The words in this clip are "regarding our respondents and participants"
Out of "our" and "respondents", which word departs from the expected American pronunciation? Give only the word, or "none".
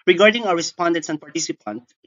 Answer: our